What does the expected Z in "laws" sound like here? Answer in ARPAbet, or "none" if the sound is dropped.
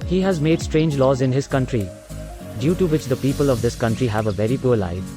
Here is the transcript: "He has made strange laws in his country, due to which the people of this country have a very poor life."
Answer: Z